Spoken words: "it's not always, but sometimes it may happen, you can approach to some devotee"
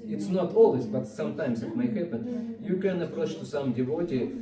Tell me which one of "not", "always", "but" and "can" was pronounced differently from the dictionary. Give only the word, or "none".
always